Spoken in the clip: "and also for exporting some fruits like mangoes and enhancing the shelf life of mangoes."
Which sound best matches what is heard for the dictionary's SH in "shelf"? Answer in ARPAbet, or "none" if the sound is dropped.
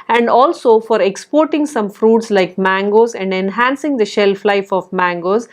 SH